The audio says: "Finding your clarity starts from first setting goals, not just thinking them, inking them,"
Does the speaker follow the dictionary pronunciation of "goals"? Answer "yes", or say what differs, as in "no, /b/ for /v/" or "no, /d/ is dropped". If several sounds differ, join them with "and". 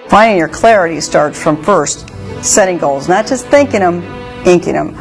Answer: yes